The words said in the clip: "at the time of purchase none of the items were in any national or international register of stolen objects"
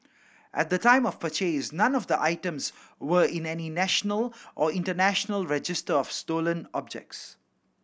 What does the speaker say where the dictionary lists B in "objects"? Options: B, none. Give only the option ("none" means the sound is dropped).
B